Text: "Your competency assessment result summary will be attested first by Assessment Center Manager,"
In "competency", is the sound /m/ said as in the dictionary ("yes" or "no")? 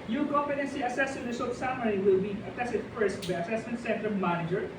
no